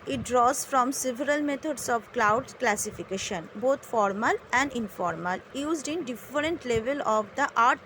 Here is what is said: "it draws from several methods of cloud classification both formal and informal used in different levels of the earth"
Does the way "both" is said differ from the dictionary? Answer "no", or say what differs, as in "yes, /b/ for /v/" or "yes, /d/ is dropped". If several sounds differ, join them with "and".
yes, /t/ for /θ/